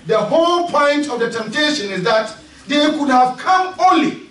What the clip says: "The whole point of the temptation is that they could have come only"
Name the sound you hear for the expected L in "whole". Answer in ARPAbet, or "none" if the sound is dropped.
L